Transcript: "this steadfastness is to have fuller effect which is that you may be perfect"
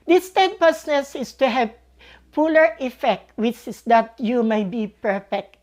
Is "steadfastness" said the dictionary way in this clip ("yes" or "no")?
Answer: no